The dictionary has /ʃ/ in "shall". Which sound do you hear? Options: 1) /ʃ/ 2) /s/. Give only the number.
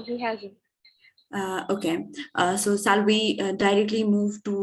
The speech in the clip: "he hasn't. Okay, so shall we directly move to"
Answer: 2